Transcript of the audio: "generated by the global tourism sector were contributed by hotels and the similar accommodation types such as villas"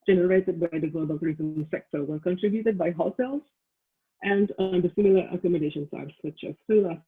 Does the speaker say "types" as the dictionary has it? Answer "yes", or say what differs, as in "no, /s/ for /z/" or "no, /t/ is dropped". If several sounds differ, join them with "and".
no, /s/ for /t/ and /p/ is dropped